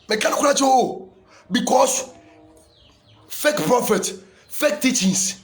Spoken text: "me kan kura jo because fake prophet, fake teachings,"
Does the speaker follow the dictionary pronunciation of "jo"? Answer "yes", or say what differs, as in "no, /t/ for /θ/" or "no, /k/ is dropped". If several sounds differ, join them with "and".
no, /tʃ/ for /dʒ/